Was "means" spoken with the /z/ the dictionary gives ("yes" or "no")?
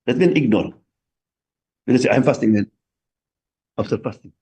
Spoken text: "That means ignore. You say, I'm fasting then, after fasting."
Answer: no